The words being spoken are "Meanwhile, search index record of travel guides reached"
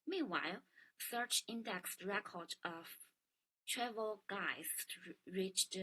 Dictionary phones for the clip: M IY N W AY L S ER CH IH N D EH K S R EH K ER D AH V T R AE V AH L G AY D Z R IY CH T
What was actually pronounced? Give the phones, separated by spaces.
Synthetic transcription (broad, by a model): M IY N W AY L S ER CH IH N D EH K S R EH K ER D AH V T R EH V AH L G AY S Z R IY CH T